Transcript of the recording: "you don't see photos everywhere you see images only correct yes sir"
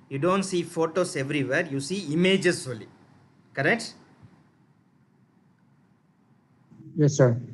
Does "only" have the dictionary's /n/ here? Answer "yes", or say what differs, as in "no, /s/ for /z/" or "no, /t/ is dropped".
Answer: no, /n/ is dropped